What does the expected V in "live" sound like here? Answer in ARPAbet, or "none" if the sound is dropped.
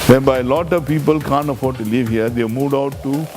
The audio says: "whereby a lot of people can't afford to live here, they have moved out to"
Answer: V